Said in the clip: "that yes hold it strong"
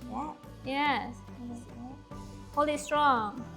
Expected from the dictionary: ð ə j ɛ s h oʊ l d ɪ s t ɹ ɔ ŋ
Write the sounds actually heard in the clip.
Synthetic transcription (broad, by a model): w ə j ɛ s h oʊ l ɪ s t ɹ ɔ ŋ